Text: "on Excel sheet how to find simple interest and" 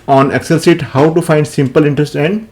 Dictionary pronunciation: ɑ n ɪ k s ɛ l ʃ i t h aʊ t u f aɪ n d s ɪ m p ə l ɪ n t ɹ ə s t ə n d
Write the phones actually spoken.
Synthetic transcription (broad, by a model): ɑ n ɪ k s ɛ l s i t h aʊ t u f aɪ n d s ɪ m p ə l ɪ n t ɹ ə s t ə n d